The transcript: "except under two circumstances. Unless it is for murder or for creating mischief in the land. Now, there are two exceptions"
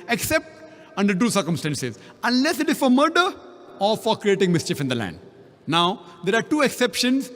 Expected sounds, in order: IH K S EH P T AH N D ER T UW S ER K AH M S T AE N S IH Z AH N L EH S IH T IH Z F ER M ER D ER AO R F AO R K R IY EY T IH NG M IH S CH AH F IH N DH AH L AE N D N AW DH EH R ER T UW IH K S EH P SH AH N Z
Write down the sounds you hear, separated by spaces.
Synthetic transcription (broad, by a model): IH K S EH P T AH N D ER T UW S ER K AH M S T AE N S IH Z AH N L EH S IH T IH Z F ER M ER D ER AO R F AO R K R IY EY T IH NG M IH S CH AH F IH N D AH L AE N D N AW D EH R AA T UW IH K S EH P SH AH N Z